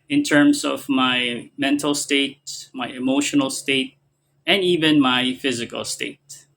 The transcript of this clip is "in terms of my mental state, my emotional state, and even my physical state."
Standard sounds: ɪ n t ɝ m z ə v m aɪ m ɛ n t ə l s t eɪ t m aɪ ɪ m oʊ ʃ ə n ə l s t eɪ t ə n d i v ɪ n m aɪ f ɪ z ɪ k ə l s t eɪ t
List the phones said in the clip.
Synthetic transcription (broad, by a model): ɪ n t ɝ m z ə v m aɪ m ɛ n t l s t eɪ t m aɪ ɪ m oʊ ʃ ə n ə l s t eɪ t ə n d i v ɪ n m aɪ f ɪ z ɪ k ə l s t eɪ t